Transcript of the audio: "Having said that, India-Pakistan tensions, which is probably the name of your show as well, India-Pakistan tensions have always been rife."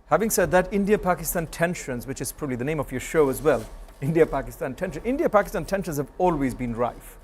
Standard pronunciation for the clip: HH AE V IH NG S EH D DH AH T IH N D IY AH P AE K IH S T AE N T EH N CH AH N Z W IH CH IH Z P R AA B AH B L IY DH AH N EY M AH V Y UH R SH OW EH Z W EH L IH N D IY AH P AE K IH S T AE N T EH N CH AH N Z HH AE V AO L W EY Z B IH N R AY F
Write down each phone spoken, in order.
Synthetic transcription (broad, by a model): HH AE V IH NG S EH D DH AH T IH N D IY AH P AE K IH S T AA N T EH N SH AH N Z W IH CH IH Z P R AA B AH B L IY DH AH N EY M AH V Y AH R SH OW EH Z W EH L IH N D IY AH P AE K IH S T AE N T EH N SH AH N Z HH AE V AO L W EY Z B IH N R AY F